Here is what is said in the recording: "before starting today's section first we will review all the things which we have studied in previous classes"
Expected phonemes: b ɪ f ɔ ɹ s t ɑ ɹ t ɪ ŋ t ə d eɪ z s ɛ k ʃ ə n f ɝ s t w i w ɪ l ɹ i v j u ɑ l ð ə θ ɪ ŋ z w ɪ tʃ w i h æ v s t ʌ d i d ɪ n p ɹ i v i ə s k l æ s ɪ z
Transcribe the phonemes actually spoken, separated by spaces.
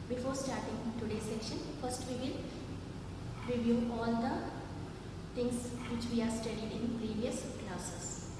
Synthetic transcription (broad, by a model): b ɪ f ɔ ɹ s t ɑ ɹ t ɪ ŋ t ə d eɪ s ɛ k ʃ ə n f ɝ s t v i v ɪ l ɹ i v j u ɑ l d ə t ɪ ŋ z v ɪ tʃ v i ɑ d s t ʌ d i d ɪ n p ɹ i v i ə s k l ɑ s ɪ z